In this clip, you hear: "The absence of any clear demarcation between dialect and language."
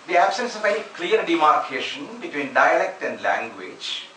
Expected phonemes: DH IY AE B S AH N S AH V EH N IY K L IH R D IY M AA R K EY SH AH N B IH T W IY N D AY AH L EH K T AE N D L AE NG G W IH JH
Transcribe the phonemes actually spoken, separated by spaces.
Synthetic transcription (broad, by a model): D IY AE B S AH N S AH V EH IY K L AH R D IY M AA R K EY SH AH N B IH T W IY N D AY AH L EH K T AE N D L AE NG G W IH JH